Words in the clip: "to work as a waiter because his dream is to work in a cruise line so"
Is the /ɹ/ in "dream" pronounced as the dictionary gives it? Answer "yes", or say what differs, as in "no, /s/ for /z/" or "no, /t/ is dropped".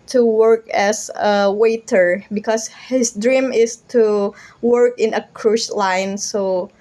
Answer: yes